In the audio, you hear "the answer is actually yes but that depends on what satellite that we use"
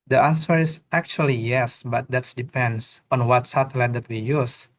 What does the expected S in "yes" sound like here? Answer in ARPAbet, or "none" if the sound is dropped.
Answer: S